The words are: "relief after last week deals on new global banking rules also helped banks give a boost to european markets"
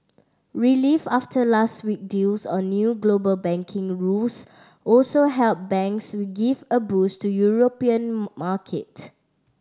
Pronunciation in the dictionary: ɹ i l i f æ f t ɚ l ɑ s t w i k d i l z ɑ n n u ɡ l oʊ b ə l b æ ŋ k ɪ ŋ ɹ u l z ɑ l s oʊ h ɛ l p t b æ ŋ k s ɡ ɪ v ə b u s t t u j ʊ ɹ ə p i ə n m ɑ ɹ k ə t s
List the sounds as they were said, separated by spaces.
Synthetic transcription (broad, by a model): ɹ i l i f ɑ f t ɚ l ɑ s t w i k d i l s ɑ n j u ɡ l oʊ b ə l b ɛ ŋ k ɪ ŋ ɹ u l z ɑ l s oʊ h ɛ l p b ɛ ŋ k s ɡ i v ə b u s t t u j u ɹ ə p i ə n m ɑ k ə t